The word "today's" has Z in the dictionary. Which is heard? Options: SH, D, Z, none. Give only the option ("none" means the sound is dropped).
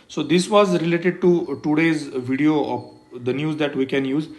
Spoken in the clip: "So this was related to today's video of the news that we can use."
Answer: Z